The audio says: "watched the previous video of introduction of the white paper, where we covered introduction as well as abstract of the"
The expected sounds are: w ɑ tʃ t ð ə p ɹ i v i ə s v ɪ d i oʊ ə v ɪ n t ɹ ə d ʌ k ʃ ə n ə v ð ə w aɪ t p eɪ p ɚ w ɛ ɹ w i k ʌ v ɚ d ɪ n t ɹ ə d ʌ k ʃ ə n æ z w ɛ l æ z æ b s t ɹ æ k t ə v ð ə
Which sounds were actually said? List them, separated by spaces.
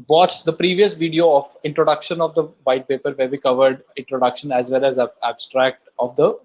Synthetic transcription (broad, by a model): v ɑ tʃ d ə p ɹ i v i ə s v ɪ d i oʊ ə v ɪ n t ɹ ə d ʌ k ʃ ə n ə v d ə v aɪ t p eɪ p ɚ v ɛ ɹ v i k ʌ v ɚ d ɪ n t ɹ ə d ʌ k ʃ ə n æ z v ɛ l æ z æ b s t ɹ æ k t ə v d ə